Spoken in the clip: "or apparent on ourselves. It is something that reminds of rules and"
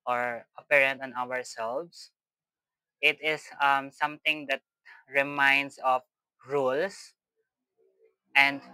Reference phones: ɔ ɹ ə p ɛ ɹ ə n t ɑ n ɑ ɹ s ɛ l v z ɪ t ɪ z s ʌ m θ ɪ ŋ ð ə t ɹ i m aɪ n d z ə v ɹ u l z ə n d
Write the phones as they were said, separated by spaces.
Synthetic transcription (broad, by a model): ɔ ɹ ə p ɛ ɹ ə n t ɑ n ɑ ɹ s ɛ l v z ɪ t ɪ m s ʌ m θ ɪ ŋ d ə t ɹ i m aɪ n d s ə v ɹ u l s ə n d